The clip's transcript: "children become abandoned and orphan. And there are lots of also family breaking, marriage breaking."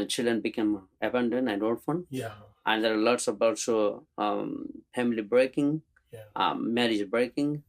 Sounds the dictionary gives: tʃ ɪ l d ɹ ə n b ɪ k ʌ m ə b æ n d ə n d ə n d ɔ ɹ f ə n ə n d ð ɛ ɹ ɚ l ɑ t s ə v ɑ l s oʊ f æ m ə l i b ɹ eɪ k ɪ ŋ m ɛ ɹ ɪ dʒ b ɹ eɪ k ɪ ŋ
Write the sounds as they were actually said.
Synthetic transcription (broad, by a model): tʃ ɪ l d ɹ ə n b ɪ k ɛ m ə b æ n d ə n ə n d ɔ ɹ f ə n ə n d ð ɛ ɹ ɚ l ɑ t s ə b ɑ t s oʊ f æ m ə l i b ɹ eɪ k ɪ ŋ m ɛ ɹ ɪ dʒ b ɹ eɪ k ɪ ŋ